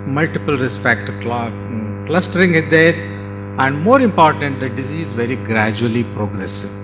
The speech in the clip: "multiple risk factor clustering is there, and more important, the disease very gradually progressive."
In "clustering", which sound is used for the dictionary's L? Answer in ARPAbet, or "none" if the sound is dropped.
L